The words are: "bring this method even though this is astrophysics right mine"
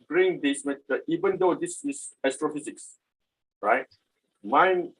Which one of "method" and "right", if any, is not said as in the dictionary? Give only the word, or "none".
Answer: method